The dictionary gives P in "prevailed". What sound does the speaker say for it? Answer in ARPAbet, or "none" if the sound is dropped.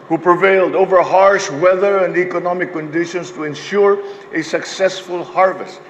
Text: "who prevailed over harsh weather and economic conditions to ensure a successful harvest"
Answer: P